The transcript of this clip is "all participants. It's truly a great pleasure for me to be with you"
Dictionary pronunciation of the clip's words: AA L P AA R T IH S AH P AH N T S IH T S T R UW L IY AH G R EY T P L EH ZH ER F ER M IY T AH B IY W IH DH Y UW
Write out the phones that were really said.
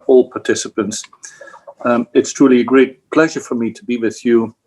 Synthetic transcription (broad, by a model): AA L P AA R T IH S AH P AH N T S IH T S T R UW L IY AH G R EY T P L EH ZH ER F ER M IY T AH B IY W IH DH Y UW